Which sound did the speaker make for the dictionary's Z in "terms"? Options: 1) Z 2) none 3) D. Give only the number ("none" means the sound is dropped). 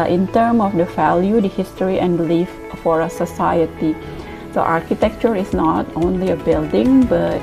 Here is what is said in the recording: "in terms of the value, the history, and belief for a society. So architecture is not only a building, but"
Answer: 2